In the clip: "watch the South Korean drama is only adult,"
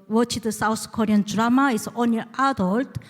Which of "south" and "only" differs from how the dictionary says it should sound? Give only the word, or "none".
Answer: south